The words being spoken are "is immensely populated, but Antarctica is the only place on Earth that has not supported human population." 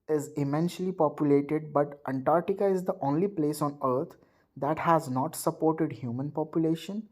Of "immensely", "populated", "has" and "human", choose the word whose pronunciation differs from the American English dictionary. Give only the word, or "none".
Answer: immensely